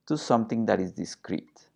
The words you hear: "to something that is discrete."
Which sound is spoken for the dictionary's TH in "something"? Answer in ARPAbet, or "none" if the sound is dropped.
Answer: T